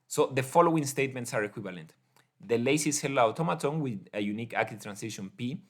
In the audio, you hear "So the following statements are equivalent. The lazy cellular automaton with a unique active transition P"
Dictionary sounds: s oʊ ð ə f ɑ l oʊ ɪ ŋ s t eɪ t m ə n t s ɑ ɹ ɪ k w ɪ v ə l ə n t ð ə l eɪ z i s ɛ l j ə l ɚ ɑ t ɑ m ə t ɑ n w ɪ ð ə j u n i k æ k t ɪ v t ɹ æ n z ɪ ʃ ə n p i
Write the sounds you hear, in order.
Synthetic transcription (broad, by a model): s oʊ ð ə f ɑ l oʊ ɪ ŋ s t eɪ t m ə n t s ɑ ɹ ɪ k w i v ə l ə n t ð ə l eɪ s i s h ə l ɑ t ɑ m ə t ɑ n w ɪ ð ə j u n i k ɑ k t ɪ t ɹ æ n s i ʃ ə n p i